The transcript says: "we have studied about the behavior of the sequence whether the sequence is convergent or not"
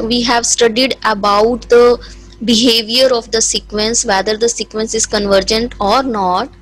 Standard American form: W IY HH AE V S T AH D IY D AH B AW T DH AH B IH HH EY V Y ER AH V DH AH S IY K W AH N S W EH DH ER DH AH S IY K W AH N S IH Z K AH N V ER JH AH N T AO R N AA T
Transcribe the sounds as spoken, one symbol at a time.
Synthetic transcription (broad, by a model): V IY HH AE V S T AH D IY D AH B AW T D AH B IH HH EY V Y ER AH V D AH S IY K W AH N S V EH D ER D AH S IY K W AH N S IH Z K AH N V ER JH AH N T AO R N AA T